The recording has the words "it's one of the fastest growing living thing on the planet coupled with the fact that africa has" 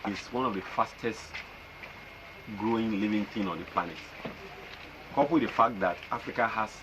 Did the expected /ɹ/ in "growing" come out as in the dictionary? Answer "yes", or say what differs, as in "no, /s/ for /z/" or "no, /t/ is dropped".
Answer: yes